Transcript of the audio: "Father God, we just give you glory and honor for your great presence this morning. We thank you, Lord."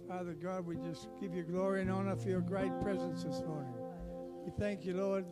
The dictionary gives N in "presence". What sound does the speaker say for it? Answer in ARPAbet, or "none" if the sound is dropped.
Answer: N